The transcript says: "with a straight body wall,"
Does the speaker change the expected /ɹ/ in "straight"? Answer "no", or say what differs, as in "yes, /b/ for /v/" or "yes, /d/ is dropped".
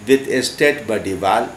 yes, /ɹ/ is dropped